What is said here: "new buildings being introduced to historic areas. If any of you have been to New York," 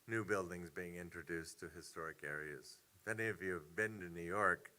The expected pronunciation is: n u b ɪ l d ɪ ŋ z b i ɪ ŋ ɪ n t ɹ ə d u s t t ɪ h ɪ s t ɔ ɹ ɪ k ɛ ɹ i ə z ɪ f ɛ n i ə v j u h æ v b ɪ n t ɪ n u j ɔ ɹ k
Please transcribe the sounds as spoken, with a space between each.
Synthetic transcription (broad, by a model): n u b ɪ l d ɪ ŋ z b i ɪ ŋ ɪ n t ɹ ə d u s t t ɪ h ɪ s t ɔ ɹ ɪ k ɛ ɹ i ə z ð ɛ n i ə v j u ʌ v b ɪ n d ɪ n u j ɔ ɹ k